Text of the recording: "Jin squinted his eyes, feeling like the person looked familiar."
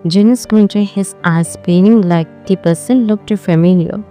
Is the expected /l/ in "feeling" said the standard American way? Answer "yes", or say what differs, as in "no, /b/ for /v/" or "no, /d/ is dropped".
no, /n/ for /l/